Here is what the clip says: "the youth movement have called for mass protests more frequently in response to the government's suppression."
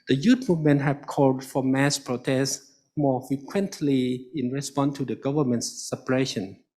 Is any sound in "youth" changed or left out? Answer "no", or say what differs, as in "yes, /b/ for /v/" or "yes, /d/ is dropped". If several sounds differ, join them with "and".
yes, /t/ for /θ/